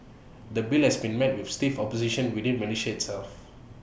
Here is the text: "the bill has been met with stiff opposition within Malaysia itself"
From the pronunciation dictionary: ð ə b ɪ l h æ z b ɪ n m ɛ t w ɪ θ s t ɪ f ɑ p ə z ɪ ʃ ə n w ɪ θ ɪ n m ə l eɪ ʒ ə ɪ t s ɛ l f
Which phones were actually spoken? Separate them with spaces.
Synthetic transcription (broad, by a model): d ə b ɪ l h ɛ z b ɪ n m ɛ t w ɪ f s t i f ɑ p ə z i ʃ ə n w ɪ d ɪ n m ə n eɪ ʃ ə ɪ t s ɛ l f